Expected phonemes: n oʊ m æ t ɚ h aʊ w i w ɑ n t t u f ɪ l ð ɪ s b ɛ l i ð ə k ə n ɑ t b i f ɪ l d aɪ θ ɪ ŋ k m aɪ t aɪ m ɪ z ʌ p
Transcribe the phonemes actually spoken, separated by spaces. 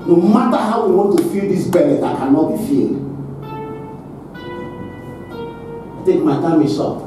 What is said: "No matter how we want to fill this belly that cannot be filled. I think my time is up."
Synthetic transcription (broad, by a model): n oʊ m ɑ t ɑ h aʊ w i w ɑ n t t u f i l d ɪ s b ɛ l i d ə k ə n ɑ t b i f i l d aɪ t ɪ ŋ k m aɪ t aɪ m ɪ s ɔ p